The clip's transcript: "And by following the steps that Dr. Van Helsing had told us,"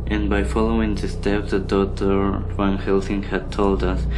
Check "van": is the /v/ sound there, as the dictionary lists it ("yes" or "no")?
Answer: no